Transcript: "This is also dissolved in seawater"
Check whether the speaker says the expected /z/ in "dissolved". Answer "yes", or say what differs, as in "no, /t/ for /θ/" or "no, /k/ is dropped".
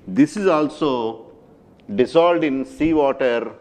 no, /s/ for /z/